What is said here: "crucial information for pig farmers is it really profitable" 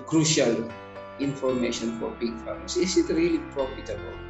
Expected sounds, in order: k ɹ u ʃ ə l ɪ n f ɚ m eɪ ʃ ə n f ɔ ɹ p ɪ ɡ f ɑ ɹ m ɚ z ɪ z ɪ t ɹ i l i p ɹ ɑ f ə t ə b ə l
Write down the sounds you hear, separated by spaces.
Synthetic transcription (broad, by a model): k ɹ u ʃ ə l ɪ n f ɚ m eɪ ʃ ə n f ɔ ɹ b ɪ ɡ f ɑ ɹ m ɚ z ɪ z ɪ t ɹ i l i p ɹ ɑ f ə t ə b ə l